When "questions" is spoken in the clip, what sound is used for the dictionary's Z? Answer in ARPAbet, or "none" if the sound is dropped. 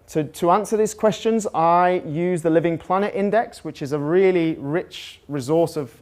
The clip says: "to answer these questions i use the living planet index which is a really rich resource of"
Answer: Z